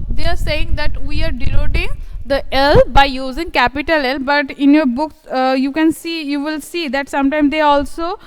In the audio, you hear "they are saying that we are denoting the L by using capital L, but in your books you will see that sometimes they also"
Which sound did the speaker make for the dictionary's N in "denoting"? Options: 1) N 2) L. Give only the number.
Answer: 2